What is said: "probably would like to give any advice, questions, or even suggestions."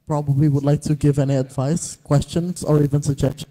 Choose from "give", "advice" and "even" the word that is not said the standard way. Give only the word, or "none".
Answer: none